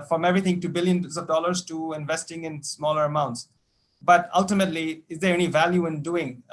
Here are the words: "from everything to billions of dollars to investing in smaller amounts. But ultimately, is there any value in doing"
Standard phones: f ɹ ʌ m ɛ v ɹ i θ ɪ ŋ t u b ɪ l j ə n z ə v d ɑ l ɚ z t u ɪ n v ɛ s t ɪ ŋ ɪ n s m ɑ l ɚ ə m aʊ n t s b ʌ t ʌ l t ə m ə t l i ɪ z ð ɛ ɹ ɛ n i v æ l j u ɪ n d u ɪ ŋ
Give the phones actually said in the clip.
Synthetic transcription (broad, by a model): f ɹ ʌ m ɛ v ɹ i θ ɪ ŋ t u b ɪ l j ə n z ə v d ɑ l ɚ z t u ɪ n v ɛ s t ɪ ŋ ɪ n s m ɑ l ɚ ə m aʊ n t s b ʌ t ʌ l t ə m ə t l i ɪ z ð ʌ ɹ ɛ n i v æ l j u ɪ n d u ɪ ŋ